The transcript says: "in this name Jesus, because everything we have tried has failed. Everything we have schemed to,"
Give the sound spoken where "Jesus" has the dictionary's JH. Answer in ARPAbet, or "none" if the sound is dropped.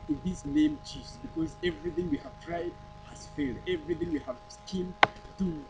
CH